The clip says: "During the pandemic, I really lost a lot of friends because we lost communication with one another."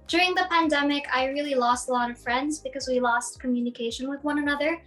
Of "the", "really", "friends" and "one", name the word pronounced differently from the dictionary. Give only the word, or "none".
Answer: none